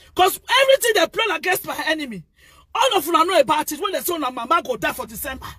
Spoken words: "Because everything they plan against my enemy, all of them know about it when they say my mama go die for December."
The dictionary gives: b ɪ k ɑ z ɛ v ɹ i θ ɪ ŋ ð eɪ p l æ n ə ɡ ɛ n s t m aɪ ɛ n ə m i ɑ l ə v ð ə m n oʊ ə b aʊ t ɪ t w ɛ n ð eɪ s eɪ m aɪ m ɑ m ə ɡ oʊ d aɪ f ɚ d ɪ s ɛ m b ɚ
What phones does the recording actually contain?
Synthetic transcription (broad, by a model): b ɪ k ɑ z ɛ v ɹ i t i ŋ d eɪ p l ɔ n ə ɡ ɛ s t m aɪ ɛ n ə m i ɑ l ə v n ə n oʊ ə b aʊ t ɪ t w ɛ n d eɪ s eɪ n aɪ m ɑ m ə ɡ oʊ d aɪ f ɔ d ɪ s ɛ m b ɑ